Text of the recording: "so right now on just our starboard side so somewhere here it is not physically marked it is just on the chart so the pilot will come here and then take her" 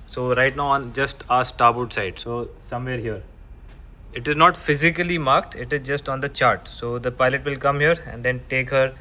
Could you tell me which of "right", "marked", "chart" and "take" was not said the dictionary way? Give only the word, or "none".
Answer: none